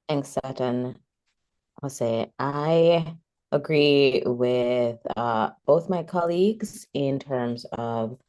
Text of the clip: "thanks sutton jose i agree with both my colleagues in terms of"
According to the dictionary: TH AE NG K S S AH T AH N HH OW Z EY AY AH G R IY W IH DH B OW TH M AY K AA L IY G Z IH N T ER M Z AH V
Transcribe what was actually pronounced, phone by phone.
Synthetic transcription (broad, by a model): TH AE NG K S S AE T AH N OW S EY AY AH G R IY W IH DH B OW TH M AY K AA L IY G Z IH N T ER M Z AH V